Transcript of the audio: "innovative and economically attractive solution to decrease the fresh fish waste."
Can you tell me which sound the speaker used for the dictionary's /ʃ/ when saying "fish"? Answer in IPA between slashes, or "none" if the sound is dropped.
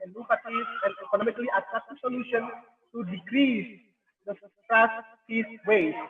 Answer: /s/